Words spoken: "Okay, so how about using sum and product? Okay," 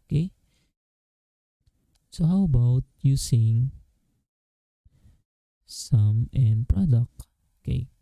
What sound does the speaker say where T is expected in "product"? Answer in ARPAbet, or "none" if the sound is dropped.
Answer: none